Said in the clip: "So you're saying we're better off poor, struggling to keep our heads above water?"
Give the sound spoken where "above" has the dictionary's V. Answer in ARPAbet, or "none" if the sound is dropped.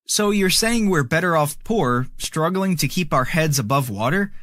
V